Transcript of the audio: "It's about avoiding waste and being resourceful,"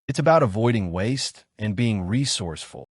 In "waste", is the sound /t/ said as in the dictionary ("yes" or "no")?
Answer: yes